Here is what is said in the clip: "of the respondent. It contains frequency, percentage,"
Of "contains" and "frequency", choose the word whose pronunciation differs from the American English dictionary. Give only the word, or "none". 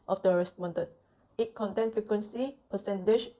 contains